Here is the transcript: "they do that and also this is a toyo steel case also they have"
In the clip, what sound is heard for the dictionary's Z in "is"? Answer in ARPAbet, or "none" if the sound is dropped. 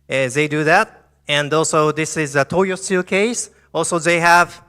Z